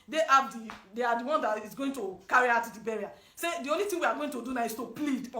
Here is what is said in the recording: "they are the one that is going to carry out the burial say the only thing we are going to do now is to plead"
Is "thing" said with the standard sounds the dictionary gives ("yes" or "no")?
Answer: no